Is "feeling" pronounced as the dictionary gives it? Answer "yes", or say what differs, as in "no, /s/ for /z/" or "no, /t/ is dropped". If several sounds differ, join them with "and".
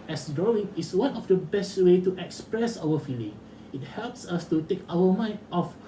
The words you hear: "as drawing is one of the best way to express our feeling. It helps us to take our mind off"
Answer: yes